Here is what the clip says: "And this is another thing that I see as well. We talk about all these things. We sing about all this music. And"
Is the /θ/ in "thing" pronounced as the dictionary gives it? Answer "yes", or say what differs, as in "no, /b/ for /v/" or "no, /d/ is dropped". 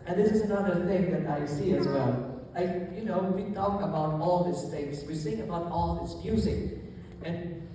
yes